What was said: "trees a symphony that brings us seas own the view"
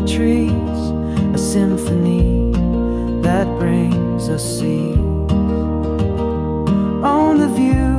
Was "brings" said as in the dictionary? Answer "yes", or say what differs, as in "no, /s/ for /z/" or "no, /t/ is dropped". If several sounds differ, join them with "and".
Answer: yes